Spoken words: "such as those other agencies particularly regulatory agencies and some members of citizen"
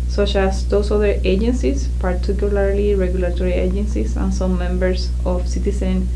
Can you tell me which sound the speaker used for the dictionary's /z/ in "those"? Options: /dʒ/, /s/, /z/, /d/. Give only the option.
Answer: /s/